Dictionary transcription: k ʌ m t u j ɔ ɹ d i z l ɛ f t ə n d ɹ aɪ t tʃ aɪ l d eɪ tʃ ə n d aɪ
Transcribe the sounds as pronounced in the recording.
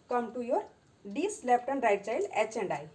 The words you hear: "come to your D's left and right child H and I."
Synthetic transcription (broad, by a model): k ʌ m t u j ɔ ɹ d i s l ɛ p t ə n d ɹ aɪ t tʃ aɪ l eɪ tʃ ə n d aɪ